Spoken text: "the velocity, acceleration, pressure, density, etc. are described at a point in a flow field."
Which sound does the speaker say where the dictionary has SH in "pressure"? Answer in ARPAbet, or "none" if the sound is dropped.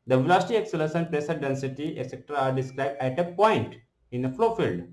S